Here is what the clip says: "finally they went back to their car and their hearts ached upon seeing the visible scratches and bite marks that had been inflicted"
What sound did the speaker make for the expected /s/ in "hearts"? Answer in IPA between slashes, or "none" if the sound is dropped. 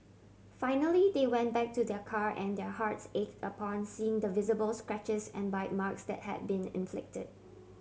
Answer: /s/